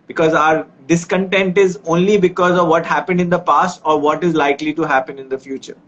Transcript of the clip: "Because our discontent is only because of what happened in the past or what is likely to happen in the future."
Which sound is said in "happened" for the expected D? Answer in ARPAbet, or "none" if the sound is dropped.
D